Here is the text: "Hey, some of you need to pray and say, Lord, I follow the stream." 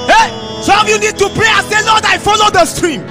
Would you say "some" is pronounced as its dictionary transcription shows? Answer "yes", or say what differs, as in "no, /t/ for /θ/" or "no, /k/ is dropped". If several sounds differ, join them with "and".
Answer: no, /m/ is dropped